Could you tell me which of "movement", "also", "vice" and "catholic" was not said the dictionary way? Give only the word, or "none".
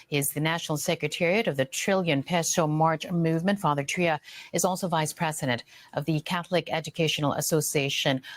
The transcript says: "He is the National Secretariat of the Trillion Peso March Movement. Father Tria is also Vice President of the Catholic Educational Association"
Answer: none